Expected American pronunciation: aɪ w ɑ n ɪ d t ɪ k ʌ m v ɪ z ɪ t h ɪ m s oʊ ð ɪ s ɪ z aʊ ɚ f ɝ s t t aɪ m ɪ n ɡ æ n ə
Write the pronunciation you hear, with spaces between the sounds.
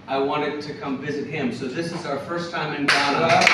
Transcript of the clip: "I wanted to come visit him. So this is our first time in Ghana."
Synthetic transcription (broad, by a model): aɪ w ɑ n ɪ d t ɪ k ʌ m v ɪ z ɪ t h ɪ m s oʊ ð ɪ s ɪ z aʊ ɚ f ɝ s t t aɪ m ɪ n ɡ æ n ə